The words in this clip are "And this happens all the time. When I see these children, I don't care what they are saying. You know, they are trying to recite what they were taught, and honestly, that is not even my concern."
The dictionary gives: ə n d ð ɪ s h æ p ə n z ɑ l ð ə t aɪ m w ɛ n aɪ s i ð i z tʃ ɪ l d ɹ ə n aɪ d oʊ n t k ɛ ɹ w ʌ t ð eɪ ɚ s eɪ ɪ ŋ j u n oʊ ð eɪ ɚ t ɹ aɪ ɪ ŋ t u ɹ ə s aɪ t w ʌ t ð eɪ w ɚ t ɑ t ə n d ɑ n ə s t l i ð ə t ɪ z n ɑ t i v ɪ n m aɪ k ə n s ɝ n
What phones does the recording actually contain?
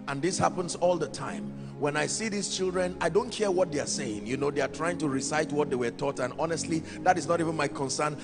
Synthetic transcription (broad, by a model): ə n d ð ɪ s h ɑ p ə n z ɑ l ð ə t aɪ m w ɛ n aɪ s i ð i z tʃ ɪ l d ɹ ə n aɪ d oʊ n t k ɛ ɹ w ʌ t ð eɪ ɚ s eɪ ɪ ŋ j u n oʊ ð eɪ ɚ t ɹ aɪ ɪ ŋ t u ɹ ə s aɪ t w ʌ t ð eɪ w ɚ t ɑ t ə n ɑ n ə s t l i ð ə t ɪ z n ɑ t i v ɪ n m aɪ k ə n s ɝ n